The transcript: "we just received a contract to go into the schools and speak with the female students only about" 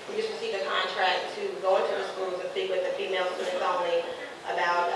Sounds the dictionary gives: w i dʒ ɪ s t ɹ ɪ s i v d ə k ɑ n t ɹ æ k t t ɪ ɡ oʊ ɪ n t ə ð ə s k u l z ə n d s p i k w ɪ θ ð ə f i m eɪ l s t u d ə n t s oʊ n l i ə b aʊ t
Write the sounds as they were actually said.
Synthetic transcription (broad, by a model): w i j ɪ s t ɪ s i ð ə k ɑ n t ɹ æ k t t ɪ ɡ oʊ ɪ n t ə ð ə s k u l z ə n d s i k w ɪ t ð ə f i m eɪ l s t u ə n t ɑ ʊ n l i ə b aʊ t